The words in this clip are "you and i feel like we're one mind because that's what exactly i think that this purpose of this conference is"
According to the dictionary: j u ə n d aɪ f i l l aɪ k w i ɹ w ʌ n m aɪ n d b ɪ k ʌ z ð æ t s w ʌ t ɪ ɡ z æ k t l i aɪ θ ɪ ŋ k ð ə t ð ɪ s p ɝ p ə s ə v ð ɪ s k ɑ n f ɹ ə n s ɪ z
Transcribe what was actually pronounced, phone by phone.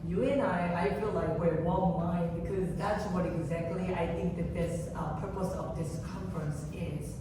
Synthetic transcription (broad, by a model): j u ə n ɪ aɪ f i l l aɪ k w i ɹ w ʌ l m aɪ n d b ɪ k ʌ z ð æ t s w ʌ t ɪ ɡ z æ k t l i aɪ θ ɪ ŋ k ð ə t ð ɪ s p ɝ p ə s ə v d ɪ s k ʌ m f ɹ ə n s ɪ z